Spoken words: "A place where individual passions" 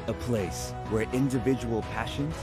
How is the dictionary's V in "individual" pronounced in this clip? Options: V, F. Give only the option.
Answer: V